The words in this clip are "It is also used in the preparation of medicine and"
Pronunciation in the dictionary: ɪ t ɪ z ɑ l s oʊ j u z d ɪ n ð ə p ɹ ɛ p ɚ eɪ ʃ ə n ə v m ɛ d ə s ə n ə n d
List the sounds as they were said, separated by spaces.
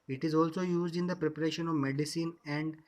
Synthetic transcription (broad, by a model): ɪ t ɪ z ɑ l s oʊ j u z d ɪ n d ə p ɹ ɛ p ɚ eɪ ʃ ə n ə v m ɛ d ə s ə n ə n d